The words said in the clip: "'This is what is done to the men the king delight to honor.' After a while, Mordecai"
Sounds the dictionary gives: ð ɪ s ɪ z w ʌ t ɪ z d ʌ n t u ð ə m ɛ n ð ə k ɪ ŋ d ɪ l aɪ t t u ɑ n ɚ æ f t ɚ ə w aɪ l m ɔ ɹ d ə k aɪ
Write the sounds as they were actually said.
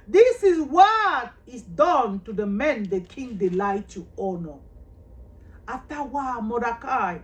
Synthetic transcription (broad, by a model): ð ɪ s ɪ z w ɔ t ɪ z d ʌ n t u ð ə m ɛ n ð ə k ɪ ŋ d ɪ l aɪ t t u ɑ n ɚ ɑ t ə w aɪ m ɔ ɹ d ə k aɪ